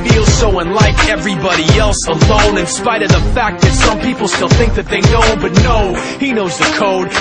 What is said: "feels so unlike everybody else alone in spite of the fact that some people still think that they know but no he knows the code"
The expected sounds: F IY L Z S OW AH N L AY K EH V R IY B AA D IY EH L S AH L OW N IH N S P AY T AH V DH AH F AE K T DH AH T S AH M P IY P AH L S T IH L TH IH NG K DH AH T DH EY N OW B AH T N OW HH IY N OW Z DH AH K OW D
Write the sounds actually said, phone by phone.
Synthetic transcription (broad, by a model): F IY L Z S OW AH N L AY K EH V R IY B AA D IY EH L S AH L OW N IH N S P AY T AH V DH AH F AE K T DH AH T S AH M P IY P L S T IH L TH IH NG K DH AH T DH EY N OW B AH T N OW HH IY N OW Z DH AH K OW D